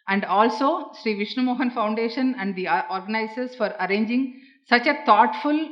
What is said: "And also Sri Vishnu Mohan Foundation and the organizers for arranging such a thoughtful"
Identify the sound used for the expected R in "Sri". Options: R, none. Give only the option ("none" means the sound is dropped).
R